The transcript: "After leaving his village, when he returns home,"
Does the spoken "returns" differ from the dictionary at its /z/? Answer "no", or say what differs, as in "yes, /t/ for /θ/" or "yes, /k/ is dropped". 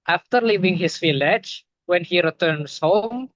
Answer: yes, /s/ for /z/